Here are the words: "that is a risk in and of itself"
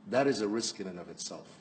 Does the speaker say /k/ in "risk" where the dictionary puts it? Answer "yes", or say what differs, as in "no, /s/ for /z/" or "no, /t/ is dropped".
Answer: yes